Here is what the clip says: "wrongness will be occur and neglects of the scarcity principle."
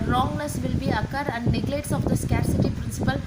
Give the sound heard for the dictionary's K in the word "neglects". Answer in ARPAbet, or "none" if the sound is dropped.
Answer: none